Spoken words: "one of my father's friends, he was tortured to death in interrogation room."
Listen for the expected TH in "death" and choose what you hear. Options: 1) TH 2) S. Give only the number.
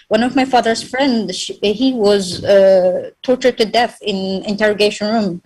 1